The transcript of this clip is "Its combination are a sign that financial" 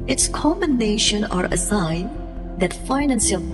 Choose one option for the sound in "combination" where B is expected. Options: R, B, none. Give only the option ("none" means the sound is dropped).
none